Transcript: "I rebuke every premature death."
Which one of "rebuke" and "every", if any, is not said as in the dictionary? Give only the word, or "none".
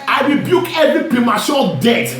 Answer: none